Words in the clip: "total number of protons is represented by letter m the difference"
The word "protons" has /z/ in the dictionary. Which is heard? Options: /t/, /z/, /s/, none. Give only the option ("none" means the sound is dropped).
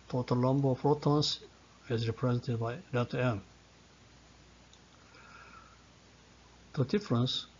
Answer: /s/